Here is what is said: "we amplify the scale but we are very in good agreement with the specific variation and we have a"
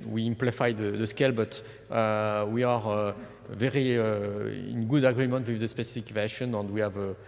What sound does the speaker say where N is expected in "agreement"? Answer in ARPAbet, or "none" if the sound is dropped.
N